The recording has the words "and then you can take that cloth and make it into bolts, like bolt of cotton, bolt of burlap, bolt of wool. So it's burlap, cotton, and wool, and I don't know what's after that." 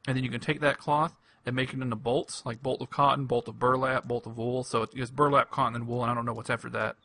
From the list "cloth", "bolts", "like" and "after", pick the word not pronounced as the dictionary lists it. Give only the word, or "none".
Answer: none